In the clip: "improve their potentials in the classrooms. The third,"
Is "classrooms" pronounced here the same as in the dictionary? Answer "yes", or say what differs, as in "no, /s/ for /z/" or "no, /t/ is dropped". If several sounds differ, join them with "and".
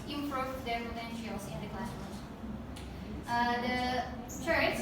no, /ɹ/ is dropped